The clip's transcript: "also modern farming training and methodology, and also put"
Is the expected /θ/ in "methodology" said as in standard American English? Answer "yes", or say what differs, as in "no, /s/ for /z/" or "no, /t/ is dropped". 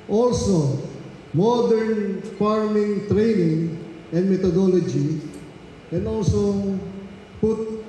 no, /t/ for /θ/